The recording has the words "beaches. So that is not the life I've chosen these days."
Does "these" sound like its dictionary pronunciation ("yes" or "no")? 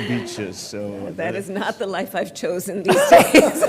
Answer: yes